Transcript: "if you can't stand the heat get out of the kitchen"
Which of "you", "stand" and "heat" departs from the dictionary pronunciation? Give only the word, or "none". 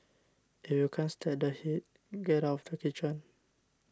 stand